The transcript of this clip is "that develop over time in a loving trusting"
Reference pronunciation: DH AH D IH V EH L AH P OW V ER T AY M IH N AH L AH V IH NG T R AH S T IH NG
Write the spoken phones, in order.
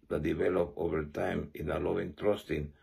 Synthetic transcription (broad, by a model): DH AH D IH V EH L AH P OW V ER T AY M IH N AH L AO IH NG T R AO S T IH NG